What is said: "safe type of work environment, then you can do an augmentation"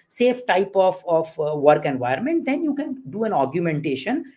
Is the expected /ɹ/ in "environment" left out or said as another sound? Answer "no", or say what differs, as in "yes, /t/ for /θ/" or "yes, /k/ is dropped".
yes, /ɹ/ is dropped